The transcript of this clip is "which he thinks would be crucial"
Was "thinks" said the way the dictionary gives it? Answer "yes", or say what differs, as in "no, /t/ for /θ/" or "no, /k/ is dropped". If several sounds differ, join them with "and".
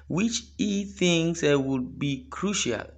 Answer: no, /k/ is dropped